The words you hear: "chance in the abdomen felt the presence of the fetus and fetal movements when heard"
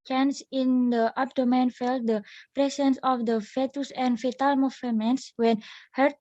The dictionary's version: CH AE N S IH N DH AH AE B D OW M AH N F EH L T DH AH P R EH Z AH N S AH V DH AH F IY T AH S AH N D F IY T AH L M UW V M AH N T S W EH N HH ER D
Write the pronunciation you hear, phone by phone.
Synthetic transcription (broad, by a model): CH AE N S IH N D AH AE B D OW M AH N F EH L T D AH P R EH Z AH N S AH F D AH F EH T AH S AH N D F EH T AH L M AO F M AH N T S W EH N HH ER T